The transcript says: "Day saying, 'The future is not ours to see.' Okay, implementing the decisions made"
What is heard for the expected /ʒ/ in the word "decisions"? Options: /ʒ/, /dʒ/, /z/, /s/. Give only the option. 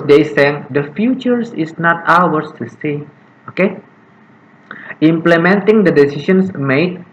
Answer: /s/